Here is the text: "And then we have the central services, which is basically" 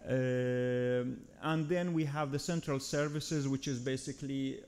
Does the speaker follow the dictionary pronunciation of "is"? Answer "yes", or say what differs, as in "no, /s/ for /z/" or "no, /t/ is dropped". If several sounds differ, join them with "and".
yes